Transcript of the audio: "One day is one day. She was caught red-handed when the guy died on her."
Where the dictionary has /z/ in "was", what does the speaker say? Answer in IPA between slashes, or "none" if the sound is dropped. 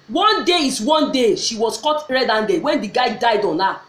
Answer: /s/